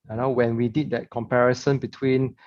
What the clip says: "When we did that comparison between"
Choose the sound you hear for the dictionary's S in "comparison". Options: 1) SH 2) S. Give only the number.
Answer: 2